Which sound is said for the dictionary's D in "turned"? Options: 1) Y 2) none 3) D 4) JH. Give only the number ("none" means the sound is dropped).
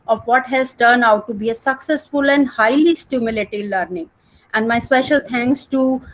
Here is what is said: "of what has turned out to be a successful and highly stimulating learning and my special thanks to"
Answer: 2